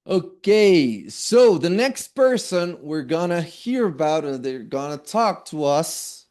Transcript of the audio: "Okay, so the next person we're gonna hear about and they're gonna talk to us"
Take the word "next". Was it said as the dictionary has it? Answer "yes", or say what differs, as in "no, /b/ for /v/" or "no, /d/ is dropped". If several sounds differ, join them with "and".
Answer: yes